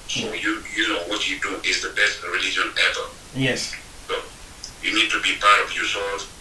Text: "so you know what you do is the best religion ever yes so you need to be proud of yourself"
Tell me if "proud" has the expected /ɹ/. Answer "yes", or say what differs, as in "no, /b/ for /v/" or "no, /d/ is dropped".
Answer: no, /ɹ/ is dropped